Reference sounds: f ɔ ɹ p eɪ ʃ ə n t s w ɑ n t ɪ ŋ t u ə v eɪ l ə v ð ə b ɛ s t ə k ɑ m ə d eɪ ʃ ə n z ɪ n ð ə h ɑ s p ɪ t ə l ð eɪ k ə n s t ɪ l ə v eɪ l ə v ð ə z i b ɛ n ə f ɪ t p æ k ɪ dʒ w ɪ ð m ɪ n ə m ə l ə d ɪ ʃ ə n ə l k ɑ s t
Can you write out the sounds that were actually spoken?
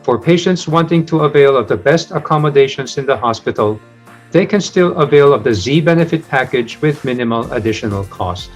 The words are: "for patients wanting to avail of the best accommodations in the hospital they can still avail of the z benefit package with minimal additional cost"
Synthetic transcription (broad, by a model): f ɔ ɹ p eɪ ʃ ə n t s w ɑ n t ɪ ŋ t u ə v eɪ l ə v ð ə b ɛ s t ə k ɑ m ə d eɪ ʃ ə n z ɪ n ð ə h ɑ s p ɪ t ə l ð eɪ k ə n s t ɪ l ə v eɪ l ə v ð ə z i b ɛ n ə f ɪ t p æ k ɪ dʒ w ɪ ð m ɪ n ə m ə l ə d ɪ ʃ ə n ə l k ɑ s t